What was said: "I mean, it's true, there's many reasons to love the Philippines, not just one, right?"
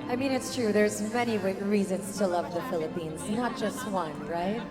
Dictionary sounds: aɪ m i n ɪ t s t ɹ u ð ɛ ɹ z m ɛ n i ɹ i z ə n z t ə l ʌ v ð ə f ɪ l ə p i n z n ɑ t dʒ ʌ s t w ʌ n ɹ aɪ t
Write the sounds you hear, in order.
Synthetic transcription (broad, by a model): aɪ m i n ɪ t s t ɹ u ð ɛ ɹ z m ɛ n i ɹ i z ə n z t ə l ʌ v ð ə f ɪ l ə p i n z n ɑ t dʒ ʌ s t w ʌ n ɹ aɪ t